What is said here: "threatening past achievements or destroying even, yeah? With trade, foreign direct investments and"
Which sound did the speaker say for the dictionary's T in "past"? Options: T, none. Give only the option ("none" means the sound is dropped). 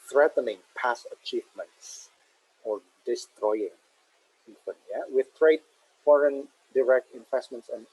none